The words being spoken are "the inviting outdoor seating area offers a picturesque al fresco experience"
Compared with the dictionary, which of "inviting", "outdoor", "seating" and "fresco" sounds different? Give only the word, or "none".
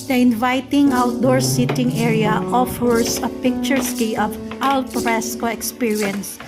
fresco